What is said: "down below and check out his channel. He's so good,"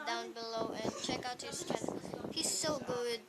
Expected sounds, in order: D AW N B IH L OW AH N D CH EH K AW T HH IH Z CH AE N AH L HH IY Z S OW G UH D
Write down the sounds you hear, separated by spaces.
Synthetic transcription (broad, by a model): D AW N B IH L OW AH N CH EH K AW T HH IH Z S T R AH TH HH IY Z S OW G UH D